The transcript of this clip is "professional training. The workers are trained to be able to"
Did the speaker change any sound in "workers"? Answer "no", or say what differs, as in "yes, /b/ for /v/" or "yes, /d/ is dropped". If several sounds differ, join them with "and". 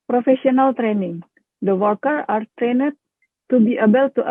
yes, /z/ is dropped